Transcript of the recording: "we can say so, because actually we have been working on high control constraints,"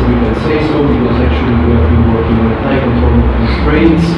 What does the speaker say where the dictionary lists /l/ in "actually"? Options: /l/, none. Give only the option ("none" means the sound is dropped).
none